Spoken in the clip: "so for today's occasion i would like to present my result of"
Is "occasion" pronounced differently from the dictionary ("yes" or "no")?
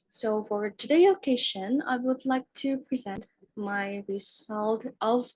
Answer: yes